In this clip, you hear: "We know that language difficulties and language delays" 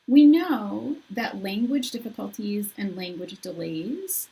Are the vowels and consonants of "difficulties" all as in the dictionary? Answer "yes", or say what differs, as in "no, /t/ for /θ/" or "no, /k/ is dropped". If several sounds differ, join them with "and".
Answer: yes